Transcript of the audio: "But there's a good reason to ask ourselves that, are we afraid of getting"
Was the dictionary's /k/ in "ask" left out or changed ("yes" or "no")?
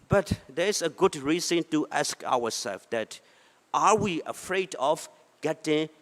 no